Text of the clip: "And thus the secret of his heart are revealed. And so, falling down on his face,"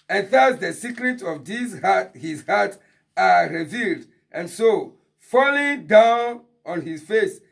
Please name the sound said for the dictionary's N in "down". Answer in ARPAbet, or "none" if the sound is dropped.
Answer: N